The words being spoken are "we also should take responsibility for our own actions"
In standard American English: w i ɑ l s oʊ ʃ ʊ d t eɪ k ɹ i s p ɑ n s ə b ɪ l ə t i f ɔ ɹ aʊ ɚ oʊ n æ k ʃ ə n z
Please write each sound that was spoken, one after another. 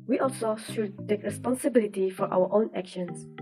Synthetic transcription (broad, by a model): w i ɑ l s oʊ ʃ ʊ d t eɪ k ɹ i s p ɑ n s ə b ɪ l ə t i f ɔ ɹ aʊ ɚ oʊ n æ k ʃ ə n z